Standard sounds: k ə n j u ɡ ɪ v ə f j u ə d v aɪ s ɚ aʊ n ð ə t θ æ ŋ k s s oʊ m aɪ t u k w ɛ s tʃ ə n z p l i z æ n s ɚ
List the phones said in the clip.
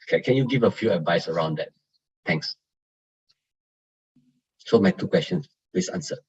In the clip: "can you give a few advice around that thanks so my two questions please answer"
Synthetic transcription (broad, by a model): k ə n j u ɡ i v ə f j u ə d v aɪ s ɚ aʊ n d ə t t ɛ ŋ k s s oʊ m aɪ t u k w ɛ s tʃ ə n s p l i s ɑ n s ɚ